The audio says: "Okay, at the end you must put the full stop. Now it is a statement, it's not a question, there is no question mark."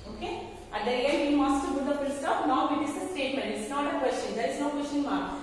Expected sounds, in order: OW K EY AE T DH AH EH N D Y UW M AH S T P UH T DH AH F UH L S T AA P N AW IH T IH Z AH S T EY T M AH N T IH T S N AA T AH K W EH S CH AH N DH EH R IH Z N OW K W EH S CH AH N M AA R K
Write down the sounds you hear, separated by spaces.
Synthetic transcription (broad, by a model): OW K EY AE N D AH EH N D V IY M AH S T B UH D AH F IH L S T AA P N AW IH T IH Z AH S T EY T M AH N T IH T S N AA T AH K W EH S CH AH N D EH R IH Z N OW K W EH S CH AH N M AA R